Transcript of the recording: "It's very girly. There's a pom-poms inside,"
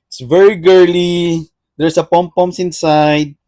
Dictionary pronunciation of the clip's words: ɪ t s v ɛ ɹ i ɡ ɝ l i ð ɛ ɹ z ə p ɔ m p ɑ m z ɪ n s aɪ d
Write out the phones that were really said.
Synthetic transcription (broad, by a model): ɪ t s v ɛ ɹ i ɡ ɝ l i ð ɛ ɹ s ə p ɔ m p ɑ m s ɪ n s aɪ d